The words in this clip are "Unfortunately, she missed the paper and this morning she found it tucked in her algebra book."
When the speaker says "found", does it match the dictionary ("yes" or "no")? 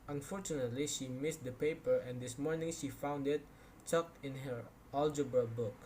yes